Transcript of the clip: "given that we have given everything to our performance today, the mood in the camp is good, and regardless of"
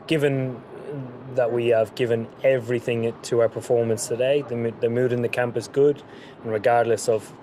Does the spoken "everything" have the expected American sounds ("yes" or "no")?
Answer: yes